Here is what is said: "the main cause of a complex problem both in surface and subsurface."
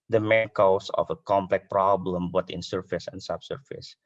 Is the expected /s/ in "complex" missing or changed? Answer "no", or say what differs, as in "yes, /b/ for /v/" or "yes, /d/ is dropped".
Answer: yes, /s/ is dropped